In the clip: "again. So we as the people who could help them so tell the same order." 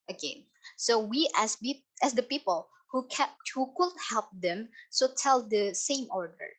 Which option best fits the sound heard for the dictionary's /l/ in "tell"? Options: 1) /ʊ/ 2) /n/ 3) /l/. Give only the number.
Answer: 3